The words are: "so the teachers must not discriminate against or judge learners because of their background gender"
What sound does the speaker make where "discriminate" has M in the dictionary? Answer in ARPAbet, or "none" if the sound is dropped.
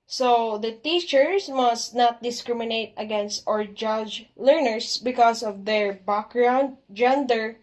M